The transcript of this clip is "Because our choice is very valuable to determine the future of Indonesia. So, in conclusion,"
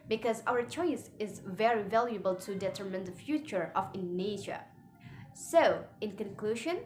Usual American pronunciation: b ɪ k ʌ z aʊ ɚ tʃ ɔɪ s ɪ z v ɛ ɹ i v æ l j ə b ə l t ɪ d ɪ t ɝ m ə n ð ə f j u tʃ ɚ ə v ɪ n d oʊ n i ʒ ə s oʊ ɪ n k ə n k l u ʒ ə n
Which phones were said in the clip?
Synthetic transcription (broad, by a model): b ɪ k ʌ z aʊ ɚ tʃ ɔɪ s ɪ z v ɛ ɹ i v æ l j ə b ə l t ɪ d ɪ t ɝ m ə n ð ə f j u tʃ ɚ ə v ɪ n n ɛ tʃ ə s oʊ ɪ n k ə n k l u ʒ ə n